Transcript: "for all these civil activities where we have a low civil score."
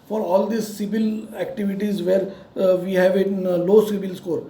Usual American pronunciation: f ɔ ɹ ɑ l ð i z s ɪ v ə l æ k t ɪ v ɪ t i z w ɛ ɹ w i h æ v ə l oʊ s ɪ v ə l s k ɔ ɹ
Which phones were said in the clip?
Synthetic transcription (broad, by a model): f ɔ ɹ ɑ l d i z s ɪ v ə l æ k t ɪ v ɪ t i z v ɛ ɹ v i h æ v ə l oʊ s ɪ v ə l s k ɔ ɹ